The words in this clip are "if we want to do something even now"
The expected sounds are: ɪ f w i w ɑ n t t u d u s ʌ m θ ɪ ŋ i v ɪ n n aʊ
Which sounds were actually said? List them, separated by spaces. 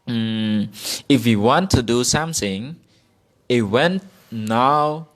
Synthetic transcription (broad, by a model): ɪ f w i w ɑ n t t u d u s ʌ m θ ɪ ŋ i w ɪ n n aʊ